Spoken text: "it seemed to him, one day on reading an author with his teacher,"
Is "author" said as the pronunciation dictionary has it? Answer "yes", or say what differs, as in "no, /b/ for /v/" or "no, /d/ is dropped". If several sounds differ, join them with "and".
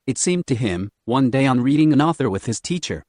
yes